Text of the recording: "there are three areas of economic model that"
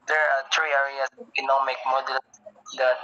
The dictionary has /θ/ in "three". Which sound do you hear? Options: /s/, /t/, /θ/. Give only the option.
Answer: /t/